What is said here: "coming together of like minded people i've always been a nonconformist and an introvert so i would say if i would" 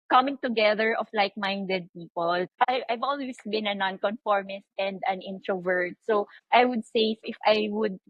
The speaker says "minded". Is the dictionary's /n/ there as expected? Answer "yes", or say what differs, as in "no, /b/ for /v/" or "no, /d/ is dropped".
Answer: yes